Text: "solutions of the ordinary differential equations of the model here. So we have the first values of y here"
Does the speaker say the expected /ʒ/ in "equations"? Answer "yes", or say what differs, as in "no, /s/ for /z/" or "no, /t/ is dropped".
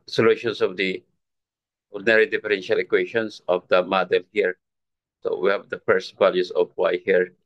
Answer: no, /ʃ/ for /ʒ/